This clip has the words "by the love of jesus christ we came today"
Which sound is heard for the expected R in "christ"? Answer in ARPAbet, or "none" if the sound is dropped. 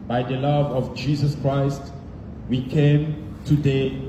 R